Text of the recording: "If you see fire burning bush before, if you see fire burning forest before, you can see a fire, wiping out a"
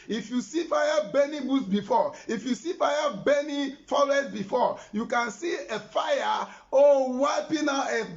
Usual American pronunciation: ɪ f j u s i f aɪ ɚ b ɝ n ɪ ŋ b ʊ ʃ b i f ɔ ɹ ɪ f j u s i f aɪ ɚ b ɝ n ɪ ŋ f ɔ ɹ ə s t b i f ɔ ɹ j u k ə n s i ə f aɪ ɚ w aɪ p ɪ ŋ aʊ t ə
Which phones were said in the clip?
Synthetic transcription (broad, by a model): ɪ f j u s i f aɪ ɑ b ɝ n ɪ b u s b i f ɔ ɪ f j u s i f aɪ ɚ b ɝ n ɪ f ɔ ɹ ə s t b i f ɔ j u k ə n s i ə f aɪ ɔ w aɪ p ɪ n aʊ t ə